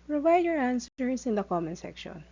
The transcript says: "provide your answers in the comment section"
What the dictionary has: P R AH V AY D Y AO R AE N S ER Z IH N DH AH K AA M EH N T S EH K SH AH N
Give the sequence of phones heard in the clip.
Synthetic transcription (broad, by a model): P R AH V AY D Y AO R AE N S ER S IH N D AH K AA M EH N S EH K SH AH N